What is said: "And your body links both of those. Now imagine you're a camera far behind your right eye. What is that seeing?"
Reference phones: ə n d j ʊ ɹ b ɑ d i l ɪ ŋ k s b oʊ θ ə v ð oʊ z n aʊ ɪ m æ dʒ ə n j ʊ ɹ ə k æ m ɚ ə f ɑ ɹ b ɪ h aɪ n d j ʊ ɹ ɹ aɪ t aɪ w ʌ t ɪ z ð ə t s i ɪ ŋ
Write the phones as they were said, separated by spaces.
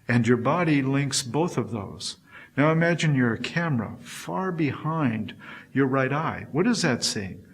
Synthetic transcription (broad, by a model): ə n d j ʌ ɹ b ɑ d i l ɪ ŋ k s b oʊ θ ə v ð oʊ z n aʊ ɪ m æ dʒ ə n j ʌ ɹ ə k æ m ɚ ə f ɑ ɹ b ɪ h aɪ n d j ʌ ɹ ɹ aɪ t aɪ w ʌ t ɪ z ð ə t s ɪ ɪ ŋ